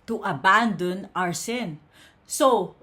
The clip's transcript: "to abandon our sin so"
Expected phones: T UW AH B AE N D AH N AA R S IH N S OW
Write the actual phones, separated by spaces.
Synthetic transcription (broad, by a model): T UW AH B AE N D AH N AA R S IH N S OW